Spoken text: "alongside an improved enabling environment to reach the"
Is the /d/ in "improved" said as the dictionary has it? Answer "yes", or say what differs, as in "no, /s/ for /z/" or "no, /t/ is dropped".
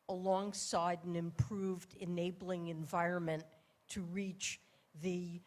yes